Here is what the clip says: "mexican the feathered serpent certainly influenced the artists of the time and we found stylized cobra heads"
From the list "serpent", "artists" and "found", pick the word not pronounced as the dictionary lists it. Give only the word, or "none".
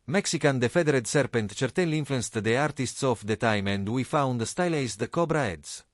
none